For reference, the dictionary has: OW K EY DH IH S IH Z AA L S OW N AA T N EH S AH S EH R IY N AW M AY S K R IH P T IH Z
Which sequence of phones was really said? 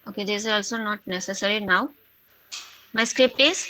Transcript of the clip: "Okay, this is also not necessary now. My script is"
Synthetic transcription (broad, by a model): OW K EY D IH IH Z AA L S OW N AA T N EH S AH S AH R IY N AW M AY S K R IH P T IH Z